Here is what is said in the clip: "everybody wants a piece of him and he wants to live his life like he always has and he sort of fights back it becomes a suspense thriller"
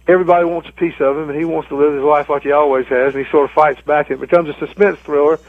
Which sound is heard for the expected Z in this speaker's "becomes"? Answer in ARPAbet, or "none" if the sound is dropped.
Z